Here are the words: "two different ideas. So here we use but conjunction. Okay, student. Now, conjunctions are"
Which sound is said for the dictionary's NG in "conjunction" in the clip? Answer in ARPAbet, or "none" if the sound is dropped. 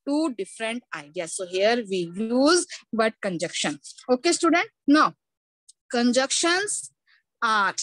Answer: none